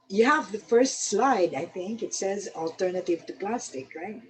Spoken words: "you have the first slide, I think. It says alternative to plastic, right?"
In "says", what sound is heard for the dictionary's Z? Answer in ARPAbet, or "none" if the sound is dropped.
Z